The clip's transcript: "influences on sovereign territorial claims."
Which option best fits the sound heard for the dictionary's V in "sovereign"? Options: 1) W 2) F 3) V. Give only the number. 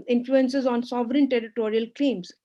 3